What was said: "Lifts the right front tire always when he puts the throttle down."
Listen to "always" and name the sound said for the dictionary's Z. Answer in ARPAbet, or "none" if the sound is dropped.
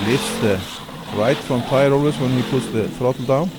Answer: S